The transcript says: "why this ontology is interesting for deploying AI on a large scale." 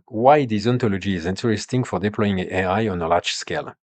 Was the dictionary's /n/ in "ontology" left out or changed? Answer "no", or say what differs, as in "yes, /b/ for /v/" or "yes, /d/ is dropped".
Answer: no